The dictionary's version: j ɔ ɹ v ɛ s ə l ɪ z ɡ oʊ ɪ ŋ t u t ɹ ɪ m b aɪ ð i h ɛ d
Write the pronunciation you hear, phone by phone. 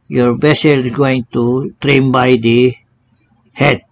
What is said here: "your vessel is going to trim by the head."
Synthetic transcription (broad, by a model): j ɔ ɹ b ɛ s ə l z ɡ oʊ ɪ ŋ t u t ɹ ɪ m b aɪ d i h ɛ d